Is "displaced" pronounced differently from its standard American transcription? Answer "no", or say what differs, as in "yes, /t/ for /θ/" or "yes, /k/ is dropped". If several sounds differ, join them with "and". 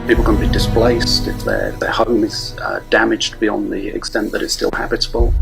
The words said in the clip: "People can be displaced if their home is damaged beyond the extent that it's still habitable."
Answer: no